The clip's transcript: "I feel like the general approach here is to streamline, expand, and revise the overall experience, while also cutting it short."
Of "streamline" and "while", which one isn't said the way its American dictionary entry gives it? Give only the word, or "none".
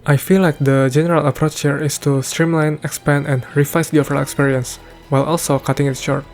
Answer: none